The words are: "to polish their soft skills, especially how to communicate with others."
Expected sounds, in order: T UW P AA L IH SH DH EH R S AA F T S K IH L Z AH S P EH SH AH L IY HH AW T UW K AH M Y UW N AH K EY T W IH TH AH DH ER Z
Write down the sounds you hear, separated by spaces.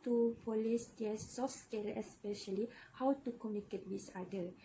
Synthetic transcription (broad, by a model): T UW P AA L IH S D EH S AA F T S K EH L AH S P EH SH AH L IY HH AW T UW K AH M Y UW N AH K EY T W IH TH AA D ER